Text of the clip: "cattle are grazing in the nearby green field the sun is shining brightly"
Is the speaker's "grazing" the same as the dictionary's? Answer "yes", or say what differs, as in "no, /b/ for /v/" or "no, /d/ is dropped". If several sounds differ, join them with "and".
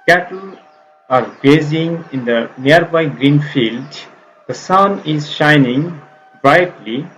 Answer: no, /ɹ/ is dropped